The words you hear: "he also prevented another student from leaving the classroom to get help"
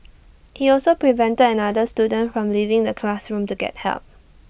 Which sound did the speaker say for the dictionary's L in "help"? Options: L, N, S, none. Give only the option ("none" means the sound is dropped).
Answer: L